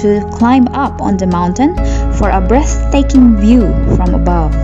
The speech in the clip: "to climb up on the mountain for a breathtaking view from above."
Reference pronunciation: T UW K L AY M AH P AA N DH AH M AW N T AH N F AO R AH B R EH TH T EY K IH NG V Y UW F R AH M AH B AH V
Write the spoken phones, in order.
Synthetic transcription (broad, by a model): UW K L AY M AH P AA N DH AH M AW N T AH N F AO R AH B R EH TH T EY K IH NG V Y UW F R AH M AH B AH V